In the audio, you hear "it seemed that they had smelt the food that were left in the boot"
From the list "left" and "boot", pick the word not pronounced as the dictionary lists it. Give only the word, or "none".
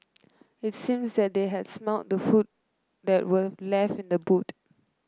left